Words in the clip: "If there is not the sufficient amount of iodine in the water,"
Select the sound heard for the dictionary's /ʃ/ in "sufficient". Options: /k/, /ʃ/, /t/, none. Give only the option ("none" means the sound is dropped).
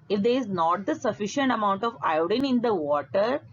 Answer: /ʃ/